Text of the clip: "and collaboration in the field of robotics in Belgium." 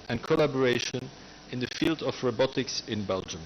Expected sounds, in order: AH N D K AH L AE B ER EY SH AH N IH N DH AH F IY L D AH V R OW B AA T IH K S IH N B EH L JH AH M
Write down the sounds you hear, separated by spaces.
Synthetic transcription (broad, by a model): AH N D K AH L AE B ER EY SH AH N IH N DH AH F IY L D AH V R OW B AA T IH K S IH N B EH L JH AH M